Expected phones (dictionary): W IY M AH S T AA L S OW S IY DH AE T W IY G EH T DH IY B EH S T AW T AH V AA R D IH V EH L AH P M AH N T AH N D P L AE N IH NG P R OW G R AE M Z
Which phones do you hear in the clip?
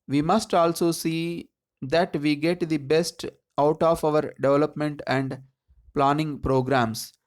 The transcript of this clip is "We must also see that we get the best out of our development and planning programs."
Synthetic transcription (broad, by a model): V IY M AH S T AA L S OW S IY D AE T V IY G EH T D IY B EH S T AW T AH V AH R D IH V EH L AH P M AH N T AH N D P L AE N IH NG P R OW G R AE M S